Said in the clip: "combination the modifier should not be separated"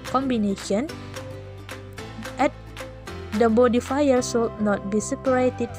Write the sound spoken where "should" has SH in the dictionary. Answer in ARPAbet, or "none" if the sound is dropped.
S